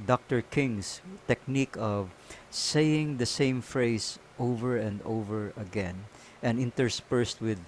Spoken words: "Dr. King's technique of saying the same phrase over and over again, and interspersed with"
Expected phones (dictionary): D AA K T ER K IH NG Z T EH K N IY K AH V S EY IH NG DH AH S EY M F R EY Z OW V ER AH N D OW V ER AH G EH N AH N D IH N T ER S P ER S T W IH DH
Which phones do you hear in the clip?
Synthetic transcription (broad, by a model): D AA K T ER K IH NG S T EH K N IY K AH V S EY IH NG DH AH S EY M F R EY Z OW V ER AH N D OW V ER AH G EH N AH N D IH N T ER S P ER S T W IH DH